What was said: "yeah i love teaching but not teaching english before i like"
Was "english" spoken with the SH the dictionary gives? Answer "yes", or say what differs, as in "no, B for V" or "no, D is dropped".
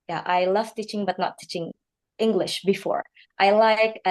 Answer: yes